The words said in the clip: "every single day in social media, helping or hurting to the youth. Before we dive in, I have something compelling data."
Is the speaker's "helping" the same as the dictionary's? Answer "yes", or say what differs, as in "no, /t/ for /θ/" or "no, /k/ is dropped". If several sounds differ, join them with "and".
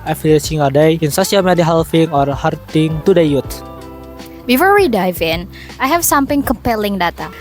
no, /f/ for /p/